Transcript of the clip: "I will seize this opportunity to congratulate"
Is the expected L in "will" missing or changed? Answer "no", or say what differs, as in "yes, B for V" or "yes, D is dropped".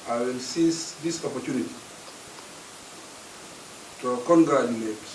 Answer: no